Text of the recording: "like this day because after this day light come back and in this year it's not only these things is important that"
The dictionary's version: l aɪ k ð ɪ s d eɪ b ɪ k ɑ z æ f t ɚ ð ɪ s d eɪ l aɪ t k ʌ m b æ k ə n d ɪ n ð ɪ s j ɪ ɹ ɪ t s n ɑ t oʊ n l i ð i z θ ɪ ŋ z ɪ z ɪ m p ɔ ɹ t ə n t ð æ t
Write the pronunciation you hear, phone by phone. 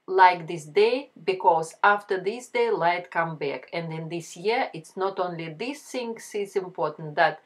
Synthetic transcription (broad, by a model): l aɪ k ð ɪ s d eɪ b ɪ k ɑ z æ f t ɚ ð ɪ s d eɪ l aɪ t k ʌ m b æ k ə n d ɪ n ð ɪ s j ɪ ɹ ɪ t s n ɑ t oʊ n l i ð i s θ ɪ ŋ s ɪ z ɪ m p ɔ ɹ t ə n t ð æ t